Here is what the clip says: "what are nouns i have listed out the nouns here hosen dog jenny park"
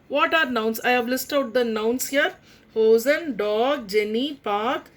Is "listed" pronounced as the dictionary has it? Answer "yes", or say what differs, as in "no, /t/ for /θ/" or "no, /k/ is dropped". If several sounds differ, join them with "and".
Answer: no, /d/ is dropped